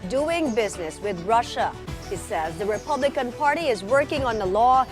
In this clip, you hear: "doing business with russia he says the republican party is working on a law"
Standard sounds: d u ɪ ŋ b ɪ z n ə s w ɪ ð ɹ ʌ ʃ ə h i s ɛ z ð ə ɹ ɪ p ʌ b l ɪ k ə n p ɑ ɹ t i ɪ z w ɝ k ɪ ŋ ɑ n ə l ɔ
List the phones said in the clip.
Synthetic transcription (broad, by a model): d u ɪ ŋ b ɪ z n ə s w ɪ ð ɹ ʌ ʃ ə h i s ɛ z ð ə ɹ ɪ p ʌ b l ɪ k ə n p ɑ ɹ t i ɪ z w ɝ k ɪ ŋ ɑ n ə l ɔ